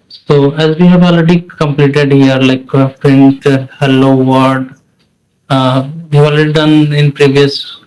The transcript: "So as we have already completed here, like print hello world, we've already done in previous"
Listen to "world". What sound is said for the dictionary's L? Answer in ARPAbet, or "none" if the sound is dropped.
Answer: none